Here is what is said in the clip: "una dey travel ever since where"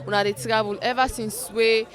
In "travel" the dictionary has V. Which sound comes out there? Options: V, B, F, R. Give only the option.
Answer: B